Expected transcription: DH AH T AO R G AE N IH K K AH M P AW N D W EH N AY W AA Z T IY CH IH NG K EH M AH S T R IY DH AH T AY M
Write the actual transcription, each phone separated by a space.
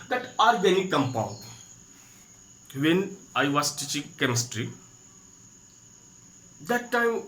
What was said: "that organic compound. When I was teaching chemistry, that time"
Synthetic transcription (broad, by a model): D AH T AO R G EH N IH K K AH M P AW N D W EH N AY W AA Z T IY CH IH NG K EH M AH S T R IY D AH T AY M